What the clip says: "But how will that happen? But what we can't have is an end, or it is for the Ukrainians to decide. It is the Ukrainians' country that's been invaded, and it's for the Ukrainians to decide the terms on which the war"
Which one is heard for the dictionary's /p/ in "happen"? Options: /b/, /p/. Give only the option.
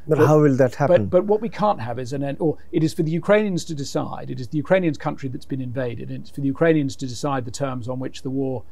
/b/